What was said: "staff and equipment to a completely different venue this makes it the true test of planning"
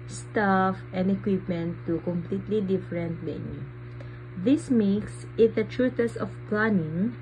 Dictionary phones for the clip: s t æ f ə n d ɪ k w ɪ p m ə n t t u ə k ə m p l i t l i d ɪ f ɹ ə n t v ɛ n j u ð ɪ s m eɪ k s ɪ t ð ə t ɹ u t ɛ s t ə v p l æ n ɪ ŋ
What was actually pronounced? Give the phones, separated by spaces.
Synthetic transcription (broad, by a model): s t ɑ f ə n d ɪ k w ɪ p m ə n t t u k ə m p l i t l i d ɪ f ɹ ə n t b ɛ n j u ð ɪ s m eɪ k s ɪ t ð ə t ɹ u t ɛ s ə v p l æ n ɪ ŋ